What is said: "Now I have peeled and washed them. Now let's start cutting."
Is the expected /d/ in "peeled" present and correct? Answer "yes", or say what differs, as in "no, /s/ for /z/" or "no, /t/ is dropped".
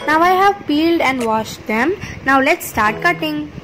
yes